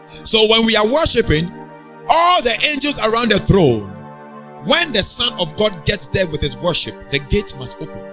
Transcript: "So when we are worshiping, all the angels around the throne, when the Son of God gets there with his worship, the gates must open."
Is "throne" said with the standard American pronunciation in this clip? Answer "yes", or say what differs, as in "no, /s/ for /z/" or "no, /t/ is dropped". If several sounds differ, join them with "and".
yes